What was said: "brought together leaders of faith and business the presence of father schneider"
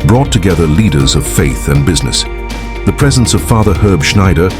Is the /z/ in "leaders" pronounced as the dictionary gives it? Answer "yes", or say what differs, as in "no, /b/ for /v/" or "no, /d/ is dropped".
yes